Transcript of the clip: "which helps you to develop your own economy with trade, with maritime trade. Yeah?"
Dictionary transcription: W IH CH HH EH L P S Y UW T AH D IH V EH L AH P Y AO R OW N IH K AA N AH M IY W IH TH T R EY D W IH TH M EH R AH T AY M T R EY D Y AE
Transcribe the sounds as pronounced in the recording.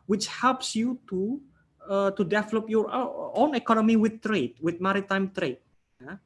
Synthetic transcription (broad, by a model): W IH CH HH EH L P S Y UW T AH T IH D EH L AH P Y AO R OW N IH K AA N AH M IY W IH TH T R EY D W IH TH M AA R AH T AY M T R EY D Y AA